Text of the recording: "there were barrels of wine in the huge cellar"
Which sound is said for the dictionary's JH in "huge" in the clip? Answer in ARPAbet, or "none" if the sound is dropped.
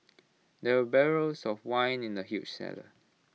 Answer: CH